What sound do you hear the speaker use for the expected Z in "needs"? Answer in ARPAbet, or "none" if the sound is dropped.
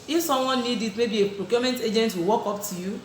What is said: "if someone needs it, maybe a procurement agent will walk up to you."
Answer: none